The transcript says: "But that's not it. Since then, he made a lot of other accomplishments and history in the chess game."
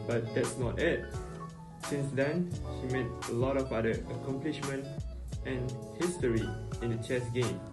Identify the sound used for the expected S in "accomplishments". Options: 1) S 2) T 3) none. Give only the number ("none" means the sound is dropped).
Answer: 3